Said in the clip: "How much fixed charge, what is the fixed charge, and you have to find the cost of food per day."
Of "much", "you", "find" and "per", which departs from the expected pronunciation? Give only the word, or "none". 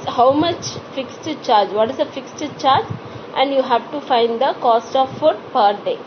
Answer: none